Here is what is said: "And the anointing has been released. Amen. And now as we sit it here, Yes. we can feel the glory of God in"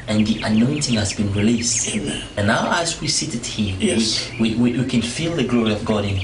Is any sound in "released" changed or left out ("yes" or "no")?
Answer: no